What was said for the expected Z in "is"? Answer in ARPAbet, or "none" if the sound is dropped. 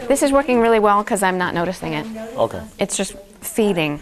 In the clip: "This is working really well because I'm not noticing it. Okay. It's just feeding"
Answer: Z